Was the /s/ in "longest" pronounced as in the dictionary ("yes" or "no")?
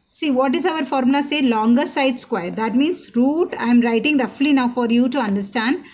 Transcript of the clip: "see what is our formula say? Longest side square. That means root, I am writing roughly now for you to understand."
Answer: no